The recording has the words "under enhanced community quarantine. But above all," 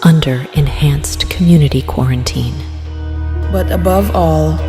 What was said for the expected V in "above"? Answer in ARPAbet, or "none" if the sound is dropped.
V